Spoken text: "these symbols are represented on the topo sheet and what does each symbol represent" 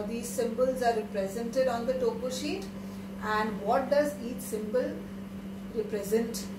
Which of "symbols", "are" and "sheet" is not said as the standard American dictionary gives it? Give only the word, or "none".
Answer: none